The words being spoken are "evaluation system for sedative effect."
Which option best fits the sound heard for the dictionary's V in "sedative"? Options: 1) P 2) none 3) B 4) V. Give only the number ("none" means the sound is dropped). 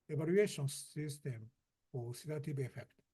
3